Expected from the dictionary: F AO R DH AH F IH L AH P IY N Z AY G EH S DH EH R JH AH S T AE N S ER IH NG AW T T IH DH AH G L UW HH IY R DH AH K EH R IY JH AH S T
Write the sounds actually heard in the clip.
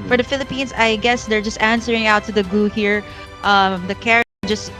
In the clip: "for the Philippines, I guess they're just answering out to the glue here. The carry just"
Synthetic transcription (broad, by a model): F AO R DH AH F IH L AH P IY N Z AY G EH S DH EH R JH AH S T AE N S ER IH NG AW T T IH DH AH G UW HH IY R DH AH K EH R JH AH S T